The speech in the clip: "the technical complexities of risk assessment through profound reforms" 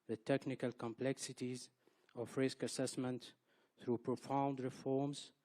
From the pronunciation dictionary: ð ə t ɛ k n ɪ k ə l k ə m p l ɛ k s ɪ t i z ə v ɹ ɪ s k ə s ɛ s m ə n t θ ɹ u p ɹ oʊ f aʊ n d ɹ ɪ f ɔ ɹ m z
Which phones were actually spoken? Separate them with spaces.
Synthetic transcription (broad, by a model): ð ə t ɛ k n ɪ k ə l k ə m p l ɛ k s ɪ t i z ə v ɹ ɪ s k ə s ɛ s m ə n t θ ɹ u p ɹ oʊ f aʊ n d ɹ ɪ f ɔ ɹ m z